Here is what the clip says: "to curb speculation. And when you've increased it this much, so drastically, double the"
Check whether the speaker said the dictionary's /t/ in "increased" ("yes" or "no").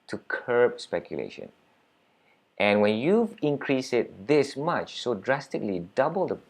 no